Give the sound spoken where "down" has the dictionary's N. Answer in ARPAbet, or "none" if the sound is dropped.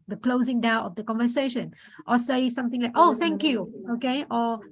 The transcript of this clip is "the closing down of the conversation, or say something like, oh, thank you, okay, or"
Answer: none